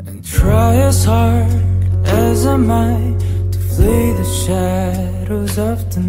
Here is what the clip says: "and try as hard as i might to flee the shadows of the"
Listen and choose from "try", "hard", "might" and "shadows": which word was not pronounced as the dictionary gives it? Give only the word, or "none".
none